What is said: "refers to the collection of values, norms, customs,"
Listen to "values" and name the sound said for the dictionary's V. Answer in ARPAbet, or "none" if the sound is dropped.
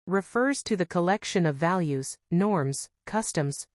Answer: V